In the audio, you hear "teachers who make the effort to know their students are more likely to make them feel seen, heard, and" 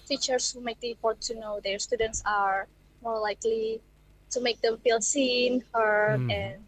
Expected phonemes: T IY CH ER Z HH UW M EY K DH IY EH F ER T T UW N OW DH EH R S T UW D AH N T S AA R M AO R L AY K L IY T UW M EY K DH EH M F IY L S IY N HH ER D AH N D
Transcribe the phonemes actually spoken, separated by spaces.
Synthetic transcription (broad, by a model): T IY CH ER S HH UW M EY K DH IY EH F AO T T UW N OW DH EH R S T UW D AH N T S AA R M AO R L AY K L IY T UW M EY K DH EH M F IY L S IY N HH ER AH N